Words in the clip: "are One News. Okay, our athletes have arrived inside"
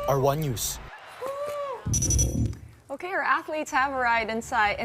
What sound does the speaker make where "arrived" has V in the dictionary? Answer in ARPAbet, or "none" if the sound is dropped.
none